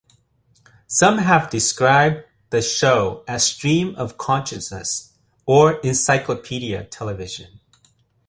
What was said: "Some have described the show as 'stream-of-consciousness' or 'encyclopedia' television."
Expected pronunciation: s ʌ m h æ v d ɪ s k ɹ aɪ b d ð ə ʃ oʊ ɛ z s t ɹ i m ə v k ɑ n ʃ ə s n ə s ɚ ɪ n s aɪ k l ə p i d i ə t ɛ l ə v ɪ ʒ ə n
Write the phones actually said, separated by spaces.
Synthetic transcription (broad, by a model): s ʌ m h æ v d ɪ s k ɹ aɪ b ð ə ʃ oʊ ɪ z s t ɹ i m ə v k ɑ n ʃ ə s n ə s ɚ ɪ n s aɪ k l ə p i d i ə t ɛ l ə v ɪ ʒ ə n